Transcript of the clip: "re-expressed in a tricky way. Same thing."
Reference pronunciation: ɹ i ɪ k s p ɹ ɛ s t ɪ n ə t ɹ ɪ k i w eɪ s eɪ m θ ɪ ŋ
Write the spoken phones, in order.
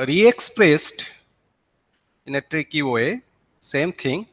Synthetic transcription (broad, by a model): ɹ i ɪ k s p ɹ ɛ s t ɪ n ə t ɹ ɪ k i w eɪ s eɪ m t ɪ ŋ